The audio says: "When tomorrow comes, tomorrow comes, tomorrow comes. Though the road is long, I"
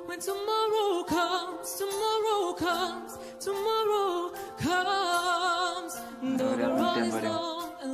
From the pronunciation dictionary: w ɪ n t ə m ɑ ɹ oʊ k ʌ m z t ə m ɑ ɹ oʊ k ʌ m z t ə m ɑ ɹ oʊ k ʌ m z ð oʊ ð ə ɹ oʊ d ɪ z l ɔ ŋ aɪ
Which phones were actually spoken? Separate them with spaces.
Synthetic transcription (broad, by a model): w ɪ n t ə m ɑ ɹ oʊ k ʌ m z t ə m ɑ ɹ oʊ k ʌ m z t ə m ɑ ɹ oʊ k ʌ m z ð oʊ ð ə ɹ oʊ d ɪ z n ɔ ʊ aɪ